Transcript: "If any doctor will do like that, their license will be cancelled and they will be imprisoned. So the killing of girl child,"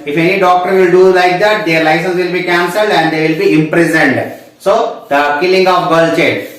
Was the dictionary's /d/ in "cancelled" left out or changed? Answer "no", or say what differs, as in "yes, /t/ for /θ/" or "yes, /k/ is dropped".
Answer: no